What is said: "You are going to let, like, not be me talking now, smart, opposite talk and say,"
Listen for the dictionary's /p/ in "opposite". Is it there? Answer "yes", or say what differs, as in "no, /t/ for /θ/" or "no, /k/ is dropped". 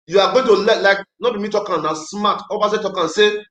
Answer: no, /b/ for /p/